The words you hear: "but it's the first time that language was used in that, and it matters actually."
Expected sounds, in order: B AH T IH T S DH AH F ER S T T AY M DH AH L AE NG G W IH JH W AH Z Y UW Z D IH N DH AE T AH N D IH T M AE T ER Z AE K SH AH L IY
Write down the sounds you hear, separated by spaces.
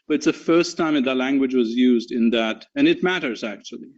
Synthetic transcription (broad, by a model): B AH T IH T S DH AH F ER S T T AY M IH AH L AE NG G W IH JH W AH Z Y UW Z D IH N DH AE T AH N IH T M AE T ER Z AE K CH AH L IY